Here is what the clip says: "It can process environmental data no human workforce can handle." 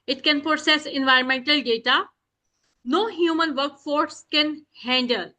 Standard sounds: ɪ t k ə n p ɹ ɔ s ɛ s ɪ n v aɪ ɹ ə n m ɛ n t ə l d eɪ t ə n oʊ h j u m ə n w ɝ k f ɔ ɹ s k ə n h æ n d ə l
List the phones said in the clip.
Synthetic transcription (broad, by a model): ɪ t k ə n p ɹ ɔ s ɛ s ɪ n v aɪ ɹ ə n m ɛ n t ə l d eɪ t ə n oʊ h j u m ə n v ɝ k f ɔ ɹ s k ə n h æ n d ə l